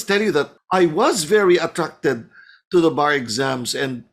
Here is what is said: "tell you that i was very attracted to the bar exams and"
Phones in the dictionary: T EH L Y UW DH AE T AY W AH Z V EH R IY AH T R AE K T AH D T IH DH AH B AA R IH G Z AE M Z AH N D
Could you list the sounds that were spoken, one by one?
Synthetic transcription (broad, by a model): T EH L Y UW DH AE T AY W AH Z V EH R IY AH T R AE K T AH D T IH DH AH B AA R IH G Z AE M Z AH N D